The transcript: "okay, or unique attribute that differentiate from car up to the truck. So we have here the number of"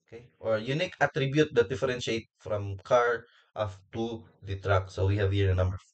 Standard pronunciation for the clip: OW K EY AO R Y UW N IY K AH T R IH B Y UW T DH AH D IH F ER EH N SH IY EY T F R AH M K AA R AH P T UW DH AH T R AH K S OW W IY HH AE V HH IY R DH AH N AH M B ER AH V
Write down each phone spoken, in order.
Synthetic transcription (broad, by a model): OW K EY AO R Y UW N IY K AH T R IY B Y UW T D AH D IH F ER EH N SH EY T F R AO M K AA R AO F T UW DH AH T R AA K S OW W IY HH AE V HH IY R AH N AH M B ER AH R